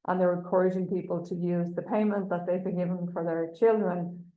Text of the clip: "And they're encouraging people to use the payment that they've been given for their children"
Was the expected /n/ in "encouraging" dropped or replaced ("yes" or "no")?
yes